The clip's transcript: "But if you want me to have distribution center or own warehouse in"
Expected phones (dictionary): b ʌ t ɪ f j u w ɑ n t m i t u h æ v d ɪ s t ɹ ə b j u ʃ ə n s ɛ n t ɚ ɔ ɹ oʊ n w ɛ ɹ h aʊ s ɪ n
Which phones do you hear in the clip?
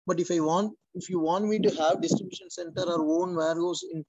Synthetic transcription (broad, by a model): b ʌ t ɪ f j u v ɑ n t m i t u h æ v d ɪ s t ɹ ə b j u ʃ ə n s ɛ n t ɚ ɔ ɹ oʊ n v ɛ ɹ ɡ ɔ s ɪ n